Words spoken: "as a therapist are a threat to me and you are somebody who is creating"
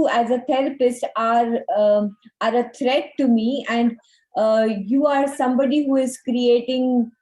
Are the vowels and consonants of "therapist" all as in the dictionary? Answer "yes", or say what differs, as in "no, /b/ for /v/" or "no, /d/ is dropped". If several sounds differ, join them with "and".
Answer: no, /t/ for /θ/